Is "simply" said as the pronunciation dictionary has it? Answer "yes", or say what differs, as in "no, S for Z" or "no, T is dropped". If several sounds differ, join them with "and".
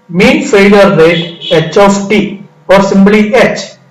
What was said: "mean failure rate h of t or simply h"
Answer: no, B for P